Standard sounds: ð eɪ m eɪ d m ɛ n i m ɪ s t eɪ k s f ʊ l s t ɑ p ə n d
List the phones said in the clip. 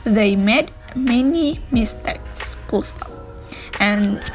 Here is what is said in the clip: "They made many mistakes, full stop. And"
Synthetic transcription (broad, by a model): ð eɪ m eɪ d m ɛ n i m ɪ s t eɪ k s p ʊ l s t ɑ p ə n